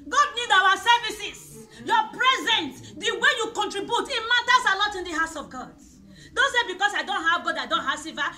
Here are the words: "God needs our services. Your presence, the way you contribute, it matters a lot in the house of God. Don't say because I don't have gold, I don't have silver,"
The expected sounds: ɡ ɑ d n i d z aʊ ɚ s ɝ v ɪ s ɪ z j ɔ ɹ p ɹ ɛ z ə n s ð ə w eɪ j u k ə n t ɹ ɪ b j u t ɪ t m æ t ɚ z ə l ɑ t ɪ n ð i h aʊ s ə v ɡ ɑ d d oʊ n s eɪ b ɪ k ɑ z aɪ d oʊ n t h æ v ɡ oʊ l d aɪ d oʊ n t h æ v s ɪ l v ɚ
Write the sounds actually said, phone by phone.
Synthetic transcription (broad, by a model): ɡ ɑ d n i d aʊ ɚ s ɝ v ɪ s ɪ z j ɔ p ɹ ɛ z ə n s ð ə w eɪ j u k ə n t ɹ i b j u t ɪ t m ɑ t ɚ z ə l ɑ t ɪ n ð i h aʊ s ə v ɡ ɑ d d oʊ n s eɪ b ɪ k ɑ s aɪ d oʊ n t h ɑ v ɡ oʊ d aɪ d oʊ n t h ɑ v s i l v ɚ